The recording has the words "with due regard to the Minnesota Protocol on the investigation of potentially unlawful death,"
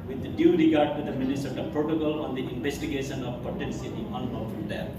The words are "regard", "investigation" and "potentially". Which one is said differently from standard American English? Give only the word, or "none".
potentially